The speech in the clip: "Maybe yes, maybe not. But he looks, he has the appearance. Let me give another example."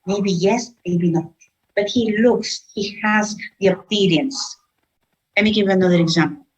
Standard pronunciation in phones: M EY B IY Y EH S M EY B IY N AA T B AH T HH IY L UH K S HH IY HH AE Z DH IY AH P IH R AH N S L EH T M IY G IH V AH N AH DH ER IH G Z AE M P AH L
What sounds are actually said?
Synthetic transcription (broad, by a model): M EY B IY Y EH S M EY B IY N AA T B AH T HH IY L UH K S HH IY HH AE Z DH IY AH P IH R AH N S L EH T M IY G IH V AH N AH DH ER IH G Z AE M P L